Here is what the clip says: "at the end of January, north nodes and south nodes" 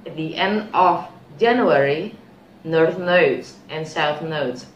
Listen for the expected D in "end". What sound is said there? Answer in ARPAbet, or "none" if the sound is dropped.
D